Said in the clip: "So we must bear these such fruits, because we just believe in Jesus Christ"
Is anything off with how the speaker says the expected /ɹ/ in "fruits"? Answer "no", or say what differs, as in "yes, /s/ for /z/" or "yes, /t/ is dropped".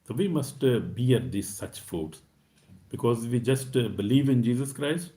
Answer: yes, /ɹ/ is dropped